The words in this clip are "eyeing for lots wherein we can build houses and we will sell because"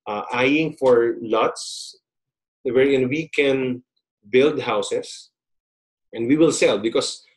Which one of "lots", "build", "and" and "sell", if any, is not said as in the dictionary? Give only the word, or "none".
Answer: none